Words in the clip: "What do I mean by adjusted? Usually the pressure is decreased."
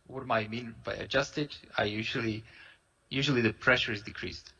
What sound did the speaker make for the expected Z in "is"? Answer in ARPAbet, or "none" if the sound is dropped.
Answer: Z